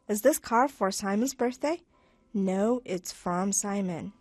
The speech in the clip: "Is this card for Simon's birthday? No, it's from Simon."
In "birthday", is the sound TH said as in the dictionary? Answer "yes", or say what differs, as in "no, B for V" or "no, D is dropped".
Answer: yes